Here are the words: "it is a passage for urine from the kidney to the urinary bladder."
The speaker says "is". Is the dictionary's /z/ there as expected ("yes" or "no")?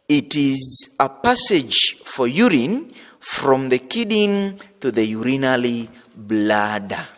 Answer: yes